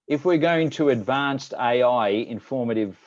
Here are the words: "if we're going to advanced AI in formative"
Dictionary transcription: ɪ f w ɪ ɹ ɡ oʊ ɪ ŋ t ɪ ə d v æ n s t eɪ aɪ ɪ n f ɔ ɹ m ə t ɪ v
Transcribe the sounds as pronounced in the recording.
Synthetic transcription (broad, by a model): ɪ f w ɪ ɹ ɡ oʊ ɪ ŋ t ɪ ə d v æ n s t eɪ aɪ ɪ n f ɔ ɹ m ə t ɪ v